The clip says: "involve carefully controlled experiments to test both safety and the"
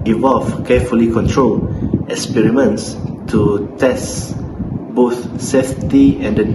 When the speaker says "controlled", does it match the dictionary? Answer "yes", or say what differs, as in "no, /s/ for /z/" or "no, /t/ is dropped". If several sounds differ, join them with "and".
no, /d/ is dropped